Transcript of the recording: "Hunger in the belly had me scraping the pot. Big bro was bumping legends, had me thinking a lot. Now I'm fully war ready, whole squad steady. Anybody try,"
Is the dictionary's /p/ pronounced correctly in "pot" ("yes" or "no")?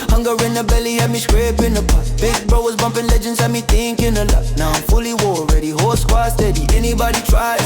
no